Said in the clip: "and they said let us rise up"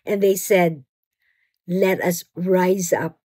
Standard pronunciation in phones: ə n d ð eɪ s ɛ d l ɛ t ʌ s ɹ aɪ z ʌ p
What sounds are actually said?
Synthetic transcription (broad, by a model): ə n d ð eɪ s ɛ d l ɛ t ʌ s ɹ aɪ z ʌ p